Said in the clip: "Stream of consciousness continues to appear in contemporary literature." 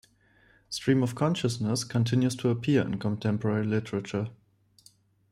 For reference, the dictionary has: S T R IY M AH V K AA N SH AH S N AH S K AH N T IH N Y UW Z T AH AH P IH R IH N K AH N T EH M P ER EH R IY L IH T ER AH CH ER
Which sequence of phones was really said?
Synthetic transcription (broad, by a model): S T R IY M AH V K AA N SH AH S N AH S K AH N T IH N Y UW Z T AH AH P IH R IH N K AH N T EH M P ER EH R IY L IH T ER AH CH ER